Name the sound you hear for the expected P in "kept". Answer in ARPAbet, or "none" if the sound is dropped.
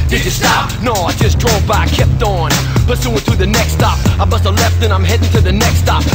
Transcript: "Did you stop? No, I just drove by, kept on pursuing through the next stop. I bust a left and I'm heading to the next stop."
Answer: P